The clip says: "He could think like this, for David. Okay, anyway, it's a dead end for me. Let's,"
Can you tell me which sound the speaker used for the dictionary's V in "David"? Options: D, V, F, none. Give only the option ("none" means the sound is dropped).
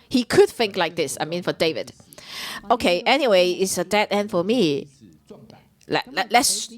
V